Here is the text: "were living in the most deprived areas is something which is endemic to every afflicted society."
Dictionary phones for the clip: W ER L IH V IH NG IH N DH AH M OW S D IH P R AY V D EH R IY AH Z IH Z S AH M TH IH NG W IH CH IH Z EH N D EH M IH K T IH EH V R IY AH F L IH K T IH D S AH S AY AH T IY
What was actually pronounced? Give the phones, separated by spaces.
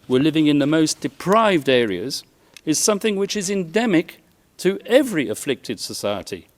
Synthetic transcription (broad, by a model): W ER L IH V IH NG IH N DH AH M OW S D IH P R AY V D EH R IY AH Z IH Z S AH M TH IH NG W IH CH IH Z EH N D EH M IH K T IH EH V R IY AH F L IH K T IH D S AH S AY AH T IY